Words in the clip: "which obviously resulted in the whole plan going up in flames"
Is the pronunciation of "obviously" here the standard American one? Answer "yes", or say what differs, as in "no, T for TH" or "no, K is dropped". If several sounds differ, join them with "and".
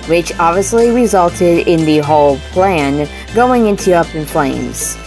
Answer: yes